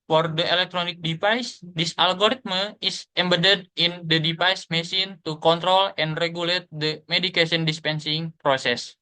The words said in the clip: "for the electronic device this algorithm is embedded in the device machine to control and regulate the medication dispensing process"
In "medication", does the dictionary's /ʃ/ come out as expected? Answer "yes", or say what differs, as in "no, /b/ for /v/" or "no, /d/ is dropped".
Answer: no, /s/ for /ʃ/